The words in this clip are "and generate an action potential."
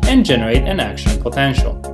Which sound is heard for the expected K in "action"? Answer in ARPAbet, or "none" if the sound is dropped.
K